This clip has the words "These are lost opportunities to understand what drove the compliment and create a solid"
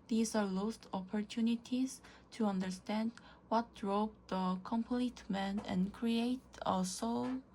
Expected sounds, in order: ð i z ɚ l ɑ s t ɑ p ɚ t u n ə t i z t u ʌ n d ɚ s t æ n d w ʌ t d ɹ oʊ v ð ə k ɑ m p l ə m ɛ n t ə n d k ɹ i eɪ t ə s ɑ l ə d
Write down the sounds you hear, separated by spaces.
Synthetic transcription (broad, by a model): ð i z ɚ l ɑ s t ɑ p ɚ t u n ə t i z t u ʌ n d ɚ s t æ n d w ʌ t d ɹ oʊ p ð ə k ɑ m p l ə m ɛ n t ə n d k ɹ i eɪ t ə s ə